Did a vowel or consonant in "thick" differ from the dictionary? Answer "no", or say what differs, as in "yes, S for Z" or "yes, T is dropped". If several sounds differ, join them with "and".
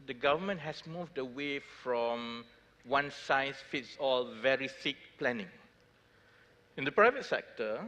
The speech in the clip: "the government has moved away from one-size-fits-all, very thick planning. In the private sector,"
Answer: yes, S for TH